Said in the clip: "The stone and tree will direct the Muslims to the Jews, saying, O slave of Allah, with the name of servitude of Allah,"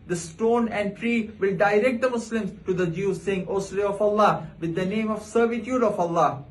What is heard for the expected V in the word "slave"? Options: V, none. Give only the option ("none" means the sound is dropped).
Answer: none